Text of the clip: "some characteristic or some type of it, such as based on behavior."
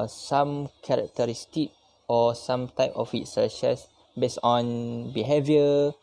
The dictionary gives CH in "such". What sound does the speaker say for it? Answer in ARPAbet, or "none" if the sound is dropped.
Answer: SH